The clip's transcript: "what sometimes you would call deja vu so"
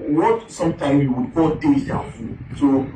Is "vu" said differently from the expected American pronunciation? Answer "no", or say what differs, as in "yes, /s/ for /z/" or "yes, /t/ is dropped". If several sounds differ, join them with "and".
yes, /f/ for /v/